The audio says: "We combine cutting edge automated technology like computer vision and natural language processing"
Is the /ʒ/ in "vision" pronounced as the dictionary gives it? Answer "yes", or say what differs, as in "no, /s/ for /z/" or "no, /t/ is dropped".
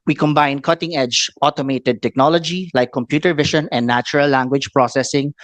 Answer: no, /ʃ/ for /ʒ/